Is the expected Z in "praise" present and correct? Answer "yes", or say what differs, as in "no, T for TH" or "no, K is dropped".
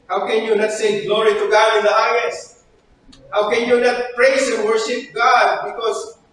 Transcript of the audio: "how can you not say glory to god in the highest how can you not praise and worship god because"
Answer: no, S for Z